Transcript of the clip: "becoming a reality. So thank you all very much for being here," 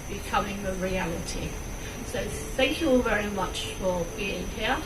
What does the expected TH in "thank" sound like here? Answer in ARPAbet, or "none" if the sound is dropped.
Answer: TH